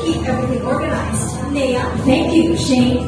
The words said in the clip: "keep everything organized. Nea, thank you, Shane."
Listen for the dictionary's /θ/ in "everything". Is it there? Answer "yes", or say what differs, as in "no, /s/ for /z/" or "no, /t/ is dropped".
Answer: yes